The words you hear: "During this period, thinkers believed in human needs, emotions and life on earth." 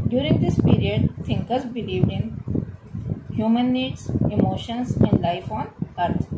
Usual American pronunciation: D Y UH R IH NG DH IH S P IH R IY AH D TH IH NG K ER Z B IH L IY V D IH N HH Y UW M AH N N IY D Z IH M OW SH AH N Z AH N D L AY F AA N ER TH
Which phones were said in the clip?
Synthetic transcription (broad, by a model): D Y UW R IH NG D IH S P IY R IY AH D T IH NG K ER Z B IH L IY V D IH N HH Y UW M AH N N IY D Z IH M OW SH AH N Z AH N D L AY F AA N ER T